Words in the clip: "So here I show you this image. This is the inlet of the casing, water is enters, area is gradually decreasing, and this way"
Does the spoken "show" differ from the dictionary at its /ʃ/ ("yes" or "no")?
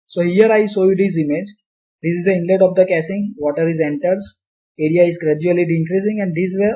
yes